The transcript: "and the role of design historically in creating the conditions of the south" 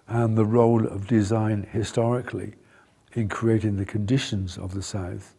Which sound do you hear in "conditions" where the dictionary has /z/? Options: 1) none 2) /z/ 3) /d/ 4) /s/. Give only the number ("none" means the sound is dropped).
2